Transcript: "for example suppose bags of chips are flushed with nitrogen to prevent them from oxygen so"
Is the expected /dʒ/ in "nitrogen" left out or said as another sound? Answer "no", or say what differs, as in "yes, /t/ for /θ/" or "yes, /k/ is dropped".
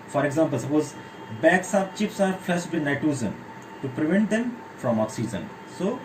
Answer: yes, /z/ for /dʒ/